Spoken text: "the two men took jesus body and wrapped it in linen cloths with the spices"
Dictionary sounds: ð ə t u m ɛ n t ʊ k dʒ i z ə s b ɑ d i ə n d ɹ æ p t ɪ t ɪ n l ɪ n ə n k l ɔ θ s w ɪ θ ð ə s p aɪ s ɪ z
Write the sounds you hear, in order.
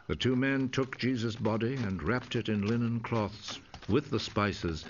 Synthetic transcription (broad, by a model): ð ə t u m ɛ n t ʊ k dʒ i z ə s b ɑ d i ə n ɹ æ p t ɪ t ɪ n l ɪ n ə n k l ɔ θ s w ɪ ð ə s p aɪ s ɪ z